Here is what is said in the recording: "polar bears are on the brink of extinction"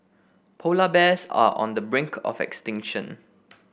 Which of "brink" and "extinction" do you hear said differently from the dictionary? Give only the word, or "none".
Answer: none